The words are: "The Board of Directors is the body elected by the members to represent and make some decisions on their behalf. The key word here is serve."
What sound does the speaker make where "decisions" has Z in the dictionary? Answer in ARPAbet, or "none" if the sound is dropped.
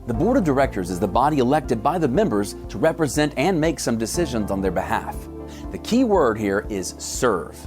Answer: Z